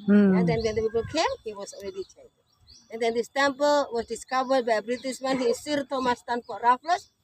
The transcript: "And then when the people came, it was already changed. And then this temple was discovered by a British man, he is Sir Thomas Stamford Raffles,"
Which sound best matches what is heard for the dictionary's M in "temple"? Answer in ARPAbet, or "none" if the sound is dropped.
M